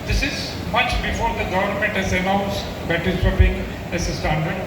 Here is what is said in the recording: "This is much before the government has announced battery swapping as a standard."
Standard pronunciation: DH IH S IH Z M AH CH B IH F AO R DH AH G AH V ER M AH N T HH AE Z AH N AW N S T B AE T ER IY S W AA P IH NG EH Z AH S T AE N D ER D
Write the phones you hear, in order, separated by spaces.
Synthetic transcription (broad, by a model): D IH S IH Z M AH CH B IH F AO R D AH G AH V ER M AH N T HH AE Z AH N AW N S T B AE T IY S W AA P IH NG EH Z AH S T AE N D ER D